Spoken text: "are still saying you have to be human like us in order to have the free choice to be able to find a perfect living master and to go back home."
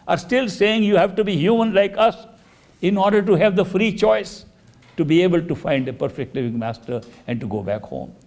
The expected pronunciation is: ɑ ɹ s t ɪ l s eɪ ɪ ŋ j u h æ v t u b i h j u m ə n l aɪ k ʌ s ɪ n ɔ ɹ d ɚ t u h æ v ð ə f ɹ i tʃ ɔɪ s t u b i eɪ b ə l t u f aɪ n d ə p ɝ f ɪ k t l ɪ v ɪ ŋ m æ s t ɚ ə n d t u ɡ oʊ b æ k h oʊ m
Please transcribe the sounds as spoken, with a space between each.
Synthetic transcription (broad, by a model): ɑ ɹ s t ɪ l s eɪ ɪ ŋ j u h æ v t u b i h j u m ə n l aɪ k ʌ s ɪ n ɔ ɹ d ɚ t u h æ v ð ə f ɹ i tʃ ɔɪ s t u b i eɪ b ə l t u f aɪ n d ə p ɝ f ɪ k t l ɪ v ɪ ŋ m æ s t ɚ ə n d t u ɡ oʊ b æ k h oʊ m